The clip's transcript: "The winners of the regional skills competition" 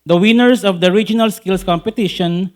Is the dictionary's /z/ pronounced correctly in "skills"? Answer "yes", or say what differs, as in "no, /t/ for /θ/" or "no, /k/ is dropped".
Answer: no, /s/ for /z/